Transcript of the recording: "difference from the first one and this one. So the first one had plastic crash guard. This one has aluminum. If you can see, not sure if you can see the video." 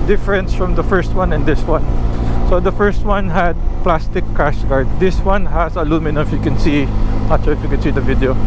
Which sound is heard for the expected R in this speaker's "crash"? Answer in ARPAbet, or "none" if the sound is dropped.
none